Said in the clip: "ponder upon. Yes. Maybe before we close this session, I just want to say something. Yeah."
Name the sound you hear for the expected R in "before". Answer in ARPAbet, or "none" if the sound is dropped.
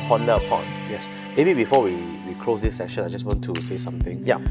W